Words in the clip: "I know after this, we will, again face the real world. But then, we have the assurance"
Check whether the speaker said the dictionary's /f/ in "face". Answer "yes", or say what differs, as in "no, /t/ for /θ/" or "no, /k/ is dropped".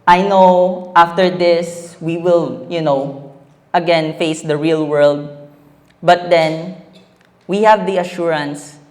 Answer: yes